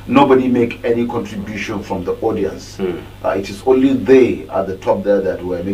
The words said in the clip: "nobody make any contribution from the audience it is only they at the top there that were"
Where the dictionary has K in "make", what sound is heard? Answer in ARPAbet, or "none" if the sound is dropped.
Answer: K